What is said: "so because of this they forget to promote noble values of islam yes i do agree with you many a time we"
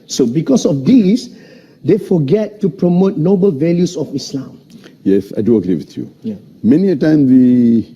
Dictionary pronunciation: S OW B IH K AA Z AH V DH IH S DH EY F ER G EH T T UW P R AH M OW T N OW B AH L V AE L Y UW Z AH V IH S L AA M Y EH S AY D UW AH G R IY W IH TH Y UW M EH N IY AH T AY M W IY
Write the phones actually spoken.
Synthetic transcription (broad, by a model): S OW B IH K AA S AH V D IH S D EY F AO G EH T T UW P R AH M OW T N OW B AH L V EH L Y UW S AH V IH S L AA M Y EH S AY D UW AH G R IY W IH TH Y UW M EH N IY AH T AY M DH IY